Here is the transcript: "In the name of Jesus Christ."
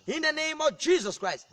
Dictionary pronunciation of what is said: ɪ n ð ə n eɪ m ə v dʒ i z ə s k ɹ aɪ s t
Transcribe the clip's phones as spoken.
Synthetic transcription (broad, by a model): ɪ n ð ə n eɪ m ə v dʒ i z ə s k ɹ aɪ s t